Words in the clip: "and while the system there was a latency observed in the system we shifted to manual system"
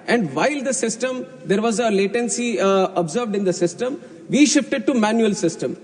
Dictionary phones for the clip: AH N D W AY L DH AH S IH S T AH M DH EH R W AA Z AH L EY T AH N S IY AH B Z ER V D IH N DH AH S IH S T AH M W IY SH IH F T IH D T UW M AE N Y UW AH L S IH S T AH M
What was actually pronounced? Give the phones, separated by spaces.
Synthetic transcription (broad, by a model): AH N D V AY L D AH S IH S T AH M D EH R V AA Z AH L EY T AH N S IY AH B Z ER V D IH N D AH S IH S T AH M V IY SH IH F T IH D T UW M AE N Y UW AH L S IH S T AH M